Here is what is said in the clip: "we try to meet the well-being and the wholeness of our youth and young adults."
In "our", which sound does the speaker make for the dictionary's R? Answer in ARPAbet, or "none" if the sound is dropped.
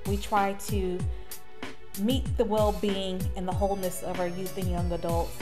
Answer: R